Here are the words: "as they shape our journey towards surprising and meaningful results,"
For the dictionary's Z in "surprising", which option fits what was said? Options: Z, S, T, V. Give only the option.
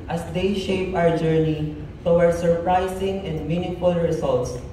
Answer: S